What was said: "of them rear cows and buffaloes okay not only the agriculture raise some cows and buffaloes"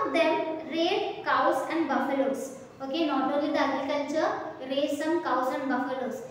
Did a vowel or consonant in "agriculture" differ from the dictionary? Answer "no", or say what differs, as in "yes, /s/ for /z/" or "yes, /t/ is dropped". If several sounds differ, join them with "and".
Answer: yes, /n/ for /l/